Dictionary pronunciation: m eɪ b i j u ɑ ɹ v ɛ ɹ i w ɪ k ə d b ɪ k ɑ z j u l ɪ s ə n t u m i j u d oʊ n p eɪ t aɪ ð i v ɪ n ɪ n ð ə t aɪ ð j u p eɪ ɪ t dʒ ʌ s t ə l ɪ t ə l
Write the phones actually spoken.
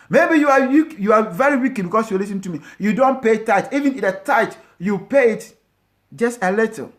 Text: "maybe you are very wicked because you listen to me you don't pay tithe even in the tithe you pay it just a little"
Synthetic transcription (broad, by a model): m eɪ b i j u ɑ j v ɛ ɹ i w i k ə b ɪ k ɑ s j u l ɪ s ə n t u m i j u d oʊ n p eɪ t aɪ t i v ɪ n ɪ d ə t aɪ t j u p eɪ ɪ t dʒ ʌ s t ə l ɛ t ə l